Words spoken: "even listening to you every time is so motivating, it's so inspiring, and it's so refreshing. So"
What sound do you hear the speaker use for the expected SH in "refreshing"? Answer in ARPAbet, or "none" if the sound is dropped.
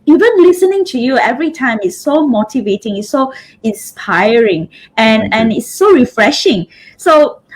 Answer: SH